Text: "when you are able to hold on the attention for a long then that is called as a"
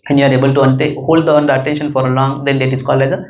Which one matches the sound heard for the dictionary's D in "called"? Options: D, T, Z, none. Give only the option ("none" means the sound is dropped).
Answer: none